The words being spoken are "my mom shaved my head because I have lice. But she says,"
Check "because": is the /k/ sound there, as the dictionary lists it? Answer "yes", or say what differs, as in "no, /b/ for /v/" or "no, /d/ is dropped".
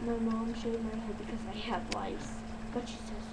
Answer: yes